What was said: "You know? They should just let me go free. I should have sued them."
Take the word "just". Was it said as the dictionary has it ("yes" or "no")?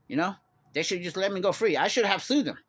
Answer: yes